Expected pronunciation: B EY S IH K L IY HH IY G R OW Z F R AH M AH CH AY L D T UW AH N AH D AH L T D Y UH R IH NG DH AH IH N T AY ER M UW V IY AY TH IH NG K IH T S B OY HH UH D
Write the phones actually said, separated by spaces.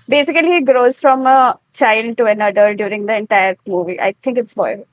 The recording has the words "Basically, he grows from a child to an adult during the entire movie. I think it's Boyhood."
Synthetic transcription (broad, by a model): B EY S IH K L IY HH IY G R OW Z F R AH M AH CH AY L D T UW AH N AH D AH T D Y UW R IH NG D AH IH N T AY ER M UW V IY AY T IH NG K IH T S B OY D